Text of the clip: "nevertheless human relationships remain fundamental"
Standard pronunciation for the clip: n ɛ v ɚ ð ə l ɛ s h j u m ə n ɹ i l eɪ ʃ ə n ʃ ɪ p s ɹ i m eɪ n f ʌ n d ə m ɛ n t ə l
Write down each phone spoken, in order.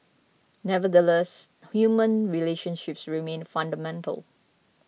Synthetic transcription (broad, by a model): n ɛ v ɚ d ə l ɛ s h j u m ə n ɹ i l eɪ ʃ ə n ʃ ɪ p s ɹ i m eɪ n f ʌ n d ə m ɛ n t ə l